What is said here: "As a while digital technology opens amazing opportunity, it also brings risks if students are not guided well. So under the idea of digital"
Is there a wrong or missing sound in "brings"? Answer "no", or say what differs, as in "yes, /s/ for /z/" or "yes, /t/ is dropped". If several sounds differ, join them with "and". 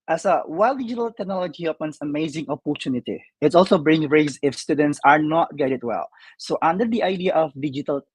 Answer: yes, /z/ is dropped